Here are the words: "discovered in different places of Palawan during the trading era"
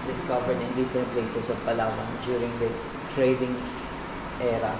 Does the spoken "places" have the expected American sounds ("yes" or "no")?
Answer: no